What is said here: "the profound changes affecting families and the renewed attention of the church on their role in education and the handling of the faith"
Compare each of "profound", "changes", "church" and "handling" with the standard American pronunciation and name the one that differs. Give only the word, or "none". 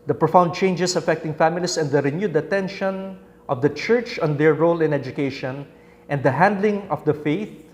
changes